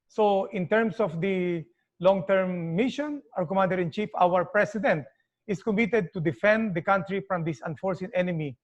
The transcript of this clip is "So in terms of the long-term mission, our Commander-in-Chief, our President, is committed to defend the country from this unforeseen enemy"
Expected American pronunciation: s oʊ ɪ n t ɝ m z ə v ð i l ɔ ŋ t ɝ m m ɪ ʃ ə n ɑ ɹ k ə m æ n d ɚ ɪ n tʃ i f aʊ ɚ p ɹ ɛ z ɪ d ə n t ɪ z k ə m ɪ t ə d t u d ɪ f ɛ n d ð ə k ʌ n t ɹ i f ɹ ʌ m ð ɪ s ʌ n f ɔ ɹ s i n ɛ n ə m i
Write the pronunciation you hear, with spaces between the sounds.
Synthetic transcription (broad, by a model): s oʊ ɪ n t ɝ m s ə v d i l ɔ ŋ t ɝ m m ɪ ʃ ə n ɑ ɹ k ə m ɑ n d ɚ ɪ n tʃ i f aʊ ɚ p ɹ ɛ s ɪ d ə n t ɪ s k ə m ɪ t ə d t u d ɪ f ɛ n d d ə k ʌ n t ɹ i f ɹ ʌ m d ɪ s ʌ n f ɔ ɹ s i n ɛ n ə m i